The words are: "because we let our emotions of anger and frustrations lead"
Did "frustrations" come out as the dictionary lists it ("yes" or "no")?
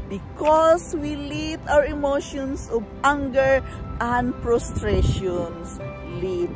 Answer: no